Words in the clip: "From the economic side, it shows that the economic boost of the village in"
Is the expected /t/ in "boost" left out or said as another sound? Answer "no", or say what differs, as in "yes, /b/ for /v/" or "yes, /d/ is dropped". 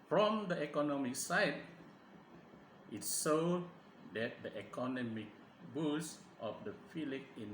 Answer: no